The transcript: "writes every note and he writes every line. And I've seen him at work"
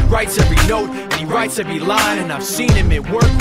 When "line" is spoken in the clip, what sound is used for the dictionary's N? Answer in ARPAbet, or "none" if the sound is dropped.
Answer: none